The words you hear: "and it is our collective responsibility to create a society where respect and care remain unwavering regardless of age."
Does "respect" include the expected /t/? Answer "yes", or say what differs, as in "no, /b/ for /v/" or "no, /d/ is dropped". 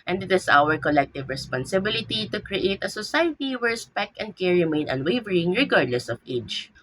no, /t/ is dropped